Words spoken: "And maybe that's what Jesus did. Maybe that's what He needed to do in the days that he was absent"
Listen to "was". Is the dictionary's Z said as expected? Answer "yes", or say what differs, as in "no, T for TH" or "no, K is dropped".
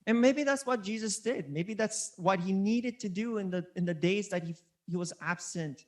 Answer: yes